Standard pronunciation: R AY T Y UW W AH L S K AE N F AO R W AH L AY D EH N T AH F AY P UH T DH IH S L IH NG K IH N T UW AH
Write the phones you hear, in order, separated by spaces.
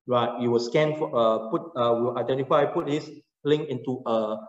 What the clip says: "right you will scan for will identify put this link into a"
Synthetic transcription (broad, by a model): R AY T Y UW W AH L S K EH N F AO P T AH W AY D EH N T AH F AY P UH T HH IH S L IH NG IH N T UW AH